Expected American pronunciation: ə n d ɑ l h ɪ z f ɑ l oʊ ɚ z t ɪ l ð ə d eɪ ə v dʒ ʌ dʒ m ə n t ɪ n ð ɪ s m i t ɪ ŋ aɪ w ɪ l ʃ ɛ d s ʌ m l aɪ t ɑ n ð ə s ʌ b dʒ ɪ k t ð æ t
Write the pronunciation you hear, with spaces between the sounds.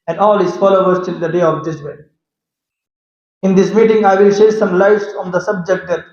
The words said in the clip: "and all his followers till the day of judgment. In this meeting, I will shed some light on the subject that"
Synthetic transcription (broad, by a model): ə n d ɑ l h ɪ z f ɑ l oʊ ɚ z t ɪ l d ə d eɪ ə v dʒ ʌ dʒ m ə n ɪ n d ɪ s m i t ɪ ŋ aɪ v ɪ l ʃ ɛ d s ʌ m l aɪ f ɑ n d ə s ʌ b dʒ ɪ k t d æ t